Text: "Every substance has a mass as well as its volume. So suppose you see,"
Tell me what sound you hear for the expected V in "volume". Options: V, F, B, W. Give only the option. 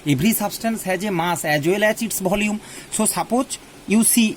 B